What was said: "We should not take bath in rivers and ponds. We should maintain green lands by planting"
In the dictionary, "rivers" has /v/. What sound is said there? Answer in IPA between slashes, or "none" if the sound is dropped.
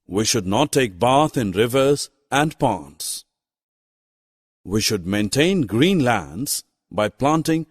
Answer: /v/